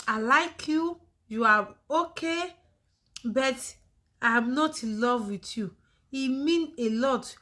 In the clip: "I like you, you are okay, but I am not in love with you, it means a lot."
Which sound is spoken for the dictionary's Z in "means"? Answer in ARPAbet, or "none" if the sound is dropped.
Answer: none